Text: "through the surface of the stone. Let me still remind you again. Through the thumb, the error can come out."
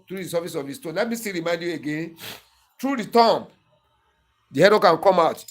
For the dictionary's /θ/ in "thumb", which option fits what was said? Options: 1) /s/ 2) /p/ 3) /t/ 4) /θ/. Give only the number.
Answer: 3